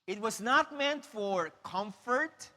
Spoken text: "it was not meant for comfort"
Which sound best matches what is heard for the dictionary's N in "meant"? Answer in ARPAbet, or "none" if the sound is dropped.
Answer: N